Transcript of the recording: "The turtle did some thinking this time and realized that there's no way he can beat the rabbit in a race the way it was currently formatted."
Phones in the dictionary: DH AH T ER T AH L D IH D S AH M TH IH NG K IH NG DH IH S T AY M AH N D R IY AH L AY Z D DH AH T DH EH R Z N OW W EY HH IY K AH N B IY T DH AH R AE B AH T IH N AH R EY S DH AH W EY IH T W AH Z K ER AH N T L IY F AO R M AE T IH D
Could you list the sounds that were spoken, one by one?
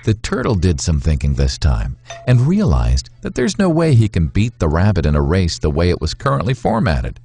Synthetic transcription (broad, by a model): DH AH T ER T L D IH D S AH M TH IH NG K IH NG DH IH S T AY M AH N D R IY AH L AY Z DH AH T DH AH R Z N OW W EY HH IY K AH N B IY T DH AH R AE B AH T IH N AH R EY S DH AH W EY IH T W AH Z K ER AH N T L IY F AO R M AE T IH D